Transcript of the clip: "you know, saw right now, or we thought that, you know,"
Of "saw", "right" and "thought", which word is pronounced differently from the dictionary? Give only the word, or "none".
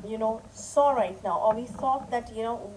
thought